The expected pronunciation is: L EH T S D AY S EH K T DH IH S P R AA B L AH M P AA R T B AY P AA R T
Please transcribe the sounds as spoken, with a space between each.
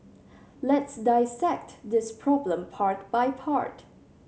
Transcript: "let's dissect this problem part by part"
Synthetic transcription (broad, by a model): L EH T S D AY S EH K T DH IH S P R AA B L AH M P AA R T B AY P AA R T